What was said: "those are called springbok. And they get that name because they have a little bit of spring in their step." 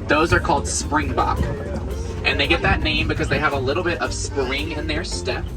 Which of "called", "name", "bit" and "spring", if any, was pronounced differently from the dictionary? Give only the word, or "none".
none